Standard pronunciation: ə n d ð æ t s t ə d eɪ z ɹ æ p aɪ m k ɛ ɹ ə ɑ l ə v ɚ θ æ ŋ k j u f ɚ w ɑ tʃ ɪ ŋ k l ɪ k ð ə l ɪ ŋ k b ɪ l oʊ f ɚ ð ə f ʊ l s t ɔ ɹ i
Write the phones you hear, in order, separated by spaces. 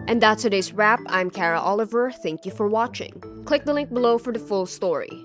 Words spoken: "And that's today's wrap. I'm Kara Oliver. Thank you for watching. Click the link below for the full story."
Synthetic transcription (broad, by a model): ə n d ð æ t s t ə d eɪ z ɹ æ p aɪ m k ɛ ɹ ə ɑ l ə v ɚ θ æ ŋ k j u f ɚ w ɑ tʃ ɪ ŋ k l ɪ k ð ə l ɪ ŋ k b ɪ l oʊ f ɚ ð ə f ʊ l s t ɔ ɹ i